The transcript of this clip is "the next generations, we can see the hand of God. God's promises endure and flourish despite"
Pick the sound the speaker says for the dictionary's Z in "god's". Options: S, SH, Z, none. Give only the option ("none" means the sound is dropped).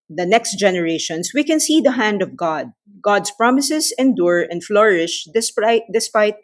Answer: S